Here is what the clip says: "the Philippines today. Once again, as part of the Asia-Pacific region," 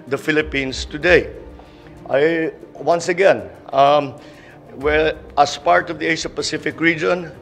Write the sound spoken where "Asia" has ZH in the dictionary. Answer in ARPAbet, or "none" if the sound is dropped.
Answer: SH